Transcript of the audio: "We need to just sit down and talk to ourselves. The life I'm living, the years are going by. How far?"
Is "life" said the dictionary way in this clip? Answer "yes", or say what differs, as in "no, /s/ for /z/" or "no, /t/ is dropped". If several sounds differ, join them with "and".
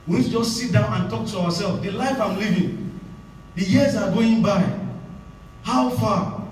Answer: yes